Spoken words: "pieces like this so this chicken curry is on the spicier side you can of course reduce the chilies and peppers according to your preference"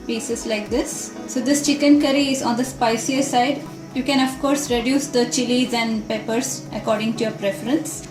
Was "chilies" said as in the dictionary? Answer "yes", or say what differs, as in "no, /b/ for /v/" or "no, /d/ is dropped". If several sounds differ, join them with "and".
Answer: yes